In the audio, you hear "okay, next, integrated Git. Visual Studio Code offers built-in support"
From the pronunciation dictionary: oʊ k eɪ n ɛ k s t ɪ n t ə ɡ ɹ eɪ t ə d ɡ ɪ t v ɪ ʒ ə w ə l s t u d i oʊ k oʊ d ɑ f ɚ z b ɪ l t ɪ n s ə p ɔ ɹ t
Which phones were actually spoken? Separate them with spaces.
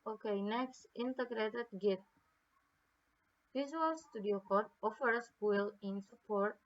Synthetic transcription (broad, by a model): oʊ k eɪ n ɛ k s t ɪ n t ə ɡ ɹ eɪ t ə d ɡ ɪ t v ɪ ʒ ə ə l s t u d i oʊ k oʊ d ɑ f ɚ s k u l ɪ n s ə p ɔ ɹ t